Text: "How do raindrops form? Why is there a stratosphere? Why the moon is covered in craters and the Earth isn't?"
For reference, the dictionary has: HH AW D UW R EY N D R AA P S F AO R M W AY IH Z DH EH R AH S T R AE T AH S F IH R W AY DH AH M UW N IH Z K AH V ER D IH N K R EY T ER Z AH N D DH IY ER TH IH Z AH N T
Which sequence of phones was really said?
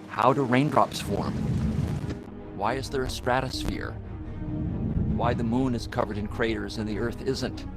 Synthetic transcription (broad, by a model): HH AW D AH R EY N D R AA P S F AO R M W AY IH Z DH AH R AH S T R AE T AH S F IH R W AY DH AH M UW N IH Z K AH V ER D IH N K R EY T ER Z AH N DH IY ER TH IH Z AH N T